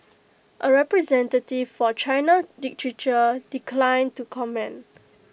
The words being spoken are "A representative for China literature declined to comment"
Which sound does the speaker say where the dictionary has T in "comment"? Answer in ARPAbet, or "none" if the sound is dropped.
none